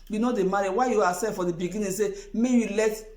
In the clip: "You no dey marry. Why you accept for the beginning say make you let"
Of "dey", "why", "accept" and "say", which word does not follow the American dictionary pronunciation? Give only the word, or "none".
accept